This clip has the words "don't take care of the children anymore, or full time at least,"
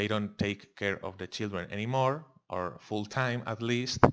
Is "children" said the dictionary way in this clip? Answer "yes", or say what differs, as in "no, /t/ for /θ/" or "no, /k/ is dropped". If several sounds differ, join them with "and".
yes